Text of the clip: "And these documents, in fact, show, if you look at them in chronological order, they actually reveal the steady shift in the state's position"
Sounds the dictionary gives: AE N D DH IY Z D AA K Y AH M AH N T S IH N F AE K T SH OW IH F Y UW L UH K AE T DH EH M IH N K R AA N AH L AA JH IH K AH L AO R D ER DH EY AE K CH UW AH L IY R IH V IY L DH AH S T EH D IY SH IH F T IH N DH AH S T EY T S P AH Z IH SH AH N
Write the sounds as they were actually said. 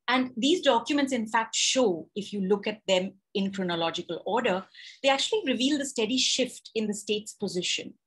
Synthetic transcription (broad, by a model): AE N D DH IY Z D AA K Y AH M AH N T S IH N F AE K T SH OW IH F Y UW L UH K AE T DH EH M IH N K R AA N AH L AA JH IH K AH L AO R D ER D EY AE K CH UW AH L IY R IH V IY L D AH S T EH D IY SH IH F T IH N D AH S T EY T S P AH Z IH SH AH N